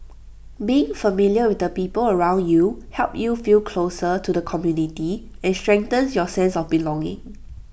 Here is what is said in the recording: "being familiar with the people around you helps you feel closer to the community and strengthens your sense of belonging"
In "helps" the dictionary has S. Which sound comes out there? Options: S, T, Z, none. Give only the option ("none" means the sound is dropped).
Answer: none